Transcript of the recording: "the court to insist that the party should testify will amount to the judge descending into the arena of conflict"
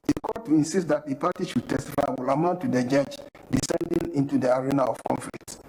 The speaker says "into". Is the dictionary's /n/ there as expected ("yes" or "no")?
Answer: yes